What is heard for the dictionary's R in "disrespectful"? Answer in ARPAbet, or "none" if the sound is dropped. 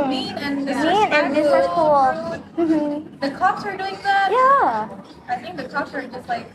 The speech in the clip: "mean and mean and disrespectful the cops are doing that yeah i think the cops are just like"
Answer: none